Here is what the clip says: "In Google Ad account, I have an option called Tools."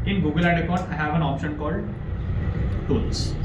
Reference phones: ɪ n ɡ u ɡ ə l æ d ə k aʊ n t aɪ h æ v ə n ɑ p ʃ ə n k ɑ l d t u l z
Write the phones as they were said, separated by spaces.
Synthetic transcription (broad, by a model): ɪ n ɡ u ɡ ə l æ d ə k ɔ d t aɪ h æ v ə n ɑ p ʃ ə n k ɑ l d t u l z